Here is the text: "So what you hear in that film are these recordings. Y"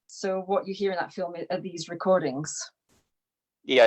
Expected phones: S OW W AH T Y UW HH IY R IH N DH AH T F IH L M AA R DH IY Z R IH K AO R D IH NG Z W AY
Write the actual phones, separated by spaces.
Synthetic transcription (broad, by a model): S OW W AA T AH HH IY R IH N DH AH T F IH L M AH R DH IY Z R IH K AO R D IH NG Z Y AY